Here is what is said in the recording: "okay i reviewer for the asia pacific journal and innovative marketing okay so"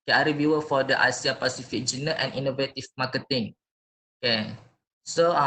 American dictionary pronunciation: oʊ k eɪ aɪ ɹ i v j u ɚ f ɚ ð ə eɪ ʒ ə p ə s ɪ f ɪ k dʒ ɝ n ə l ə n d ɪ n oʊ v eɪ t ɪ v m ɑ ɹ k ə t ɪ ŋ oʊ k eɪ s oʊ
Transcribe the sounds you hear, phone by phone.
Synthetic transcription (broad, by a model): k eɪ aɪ ɹ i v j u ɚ f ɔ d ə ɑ s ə p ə s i f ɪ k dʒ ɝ n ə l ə n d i n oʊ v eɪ t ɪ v m ɑ k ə t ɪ ŋ oʊ k eɪ s oʊ